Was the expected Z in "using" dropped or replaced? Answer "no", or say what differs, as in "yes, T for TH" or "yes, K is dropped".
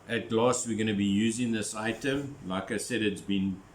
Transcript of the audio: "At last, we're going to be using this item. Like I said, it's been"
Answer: no